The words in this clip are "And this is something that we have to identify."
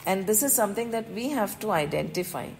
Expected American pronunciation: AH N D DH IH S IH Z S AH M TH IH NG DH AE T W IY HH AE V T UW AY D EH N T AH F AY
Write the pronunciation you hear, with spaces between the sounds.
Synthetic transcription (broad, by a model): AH N D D IH S IH Z S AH M T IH NG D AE T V IY HH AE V T UW AY D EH N T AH F AY